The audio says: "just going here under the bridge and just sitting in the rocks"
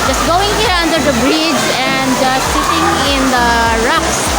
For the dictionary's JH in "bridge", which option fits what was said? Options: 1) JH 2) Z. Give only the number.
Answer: 1